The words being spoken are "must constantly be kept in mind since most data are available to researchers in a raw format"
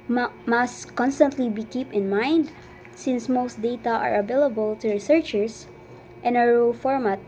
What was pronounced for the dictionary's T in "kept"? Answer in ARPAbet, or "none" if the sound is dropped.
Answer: none